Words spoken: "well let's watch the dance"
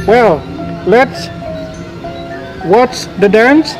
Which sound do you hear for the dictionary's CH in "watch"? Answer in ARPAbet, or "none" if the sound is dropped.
S